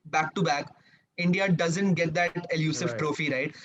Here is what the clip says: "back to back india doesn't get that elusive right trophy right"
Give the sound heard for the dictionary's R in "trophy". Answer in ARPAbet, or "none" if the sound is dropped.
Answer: R